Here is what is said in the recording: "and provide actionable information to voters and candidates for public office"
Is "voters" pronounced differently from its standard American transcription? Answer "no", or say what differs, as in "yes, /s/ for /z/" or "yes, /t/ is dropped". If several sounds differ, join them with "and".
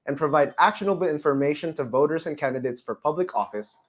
no